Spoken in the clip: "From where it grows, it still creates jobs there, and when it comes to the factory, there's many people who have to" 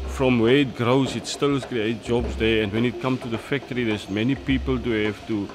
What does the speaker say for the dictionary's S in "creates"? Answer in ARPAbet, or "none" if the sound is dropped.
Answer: none